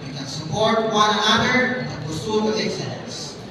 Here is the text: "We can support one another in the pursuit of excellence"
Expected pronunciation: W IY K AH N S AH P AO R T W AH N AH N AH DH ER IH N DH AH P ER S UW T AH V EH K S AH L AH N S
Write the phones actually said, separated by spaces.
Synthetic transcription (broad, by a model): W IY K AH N S AH P AO R T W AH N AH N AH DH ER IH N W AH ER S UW AH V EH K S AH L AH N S